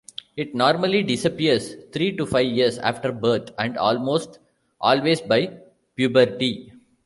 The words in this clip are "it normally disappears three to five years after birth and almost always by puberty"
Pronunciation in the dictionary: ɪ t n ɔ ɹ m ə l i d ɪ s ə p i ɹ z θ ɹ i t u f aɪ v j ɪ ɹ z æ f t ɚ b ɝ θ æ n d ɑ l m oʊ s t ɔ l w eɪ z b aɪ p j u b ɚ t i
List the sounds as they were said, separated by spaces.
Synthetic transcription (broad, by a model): ɪ t n ɔ ɹ m ə l i d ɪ s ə p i ɹ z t ɹ i t u f aɪ v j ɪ ɹ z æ f t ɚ b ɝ t æ n d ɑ l m oʊ s t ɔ l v eɪ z b aɪ p j u b ɚ t i